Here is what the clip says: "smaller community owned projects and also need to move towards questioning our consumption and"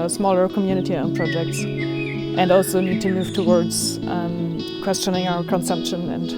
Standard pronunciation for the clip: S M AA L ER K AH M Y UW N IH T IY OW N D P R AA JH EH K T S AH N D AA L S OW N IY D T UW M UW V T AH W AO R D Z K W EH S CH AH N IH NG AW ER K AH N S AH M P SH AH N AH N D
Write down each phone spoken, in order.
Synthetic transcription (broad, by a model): S M AA L ER K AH M Y UW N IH T IY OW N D P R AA JH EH K T S AH N D AA L S OW N IY D T UW M UW V T AH W AO R D Z K W EH S CH AH N IH NG AW ER K AH N S AH M P SH AH N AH N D